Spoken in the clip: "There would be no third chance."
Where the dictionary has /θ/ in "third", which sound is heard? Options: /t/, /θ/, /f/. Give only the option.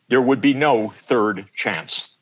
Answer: /θ/